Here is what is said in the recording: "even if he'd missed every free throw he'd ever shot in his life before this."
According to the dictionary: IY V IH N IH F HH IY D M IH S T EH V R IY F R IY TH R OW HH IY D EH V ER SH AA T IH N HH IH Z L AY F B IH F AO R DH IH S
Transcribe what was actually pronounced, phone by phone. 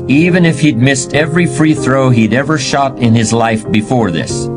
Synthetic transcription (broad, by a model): IY V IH N IH F HH IY D M IH S T EH V R IY F R IY TH R OW HH IY D EH V ER SH AA T IH N IH Z L AY F B IH F AO R DH IH S